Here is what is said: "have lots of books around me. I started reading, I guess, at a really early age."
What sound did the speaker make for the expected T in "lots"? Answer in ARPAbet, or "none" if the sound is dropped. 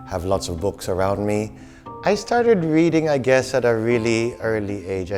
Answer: T